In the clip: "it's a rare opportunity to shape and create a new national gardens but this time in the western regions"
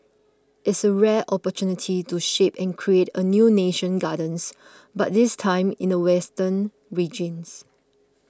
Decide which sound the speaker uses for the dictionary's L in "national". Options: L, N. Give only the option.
N